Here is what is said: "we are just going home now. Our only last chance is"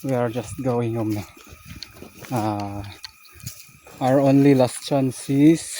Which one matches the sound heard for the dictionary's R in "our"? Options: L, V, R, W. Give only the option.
R